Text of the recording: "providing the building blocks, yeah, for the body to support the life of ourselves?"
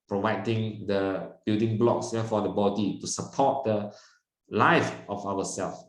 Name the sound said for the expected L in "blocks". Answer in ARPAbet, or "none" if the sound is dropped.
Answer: L